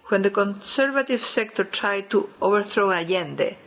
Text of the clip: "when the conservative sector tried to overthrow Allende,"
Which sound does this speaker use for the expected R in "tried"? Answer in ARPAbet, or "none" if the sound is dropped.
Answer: R